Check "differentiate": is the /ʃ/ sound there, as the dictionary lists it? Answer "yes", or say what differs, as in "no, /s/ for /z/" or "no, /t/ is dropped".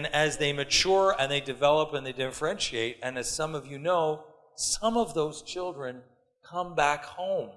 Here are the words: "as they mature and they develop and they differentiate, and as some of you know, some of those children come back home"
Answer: yes